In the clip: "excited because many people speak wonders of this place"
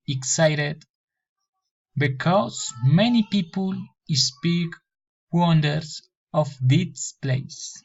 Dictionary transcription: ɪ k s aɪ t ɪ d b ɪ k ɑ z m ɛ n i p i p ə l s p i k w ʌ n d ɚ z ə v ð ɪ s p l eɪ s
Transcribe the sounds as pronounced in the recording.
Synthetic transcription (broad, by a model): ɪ k s aɪ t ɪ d b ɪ k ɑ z m ɛ n i p i p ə l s p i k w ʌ n d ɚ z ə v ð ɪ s p l eɪ s